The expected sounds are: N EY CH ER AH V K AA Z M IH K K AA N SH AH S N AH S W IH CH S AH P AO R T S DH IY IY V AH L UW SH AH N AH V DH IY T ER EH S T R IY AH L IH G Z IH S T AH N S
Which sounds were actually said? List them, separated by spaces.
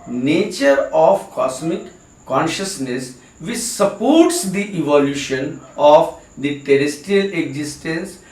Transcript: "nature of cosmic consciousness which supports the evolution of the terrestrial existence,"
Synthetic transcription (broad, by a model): N EY CH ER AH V K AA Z M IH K K AA N SH AH S N AH S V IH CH S AH P AO R T S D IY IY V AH L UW SH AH N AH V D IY T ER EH S T IY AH L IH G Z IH S T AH N S